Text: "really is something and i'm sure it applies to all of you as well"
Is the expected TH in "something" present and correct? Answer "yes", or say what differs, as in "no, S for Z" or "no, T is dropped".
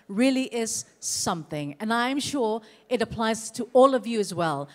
yes